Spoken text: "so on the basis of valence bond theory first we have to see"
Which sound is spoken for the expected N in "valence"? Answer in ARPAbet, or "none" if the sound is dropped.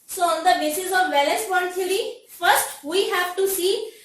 none